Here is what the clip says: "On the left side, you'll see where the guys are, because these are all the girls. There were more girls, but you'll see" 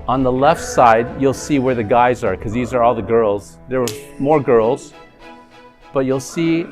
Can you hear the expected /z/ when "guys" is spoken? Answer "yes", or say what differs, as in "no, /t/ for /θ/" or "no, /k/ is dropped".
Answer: yes